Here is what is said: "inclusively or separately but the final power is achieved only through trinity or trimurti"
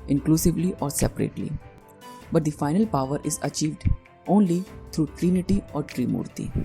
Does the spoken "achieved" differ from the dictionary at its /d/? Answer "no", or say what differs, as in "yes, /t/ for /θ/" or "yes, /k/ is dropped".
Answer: no